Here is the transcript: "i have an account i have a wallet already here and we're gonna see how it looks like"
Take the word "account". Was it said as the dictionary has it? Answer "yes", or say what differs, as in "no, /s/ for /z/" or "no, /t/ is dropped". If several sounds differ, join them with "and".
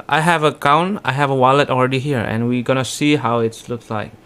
no, /t/ is dropped